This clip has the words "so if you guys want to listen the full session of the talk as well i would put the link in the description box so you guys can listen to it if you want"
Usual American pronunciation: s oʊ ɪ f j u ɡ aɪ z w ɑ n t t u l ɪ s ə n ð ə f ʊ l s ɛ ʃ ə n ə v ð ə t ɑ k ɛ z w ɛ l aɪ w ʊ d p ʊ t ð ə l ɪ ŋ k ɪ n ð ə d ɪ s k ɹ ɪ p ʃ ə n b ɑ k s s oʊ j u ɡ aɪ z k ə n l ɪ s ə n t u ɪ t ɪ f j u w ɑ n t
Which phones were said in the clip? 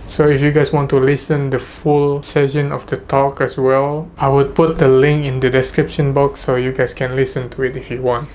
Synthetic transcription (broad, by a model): s oʊ ɪ f j u ɡ aɪ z w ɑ n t t u l ɪ s ə n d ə f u l s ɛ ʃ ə n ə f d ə t ɑ k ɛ s w ɛ l aɪ w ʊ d p ʊ t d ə l ɪ ŋ k ɪ n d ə d ɪ s k ɹ ɪ p ʃ ə n b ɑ k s s oʊ j u ɡ aɪ s k ə n l ɪ s ə n t u ɪ t ɪ f j u w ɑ n t